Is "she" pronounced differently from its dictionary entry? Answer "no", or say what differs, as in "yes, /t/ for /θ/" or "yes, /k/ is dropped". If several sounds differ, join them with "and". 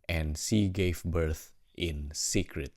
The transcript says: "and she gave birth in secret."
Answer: yes, /s/ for /ʃ/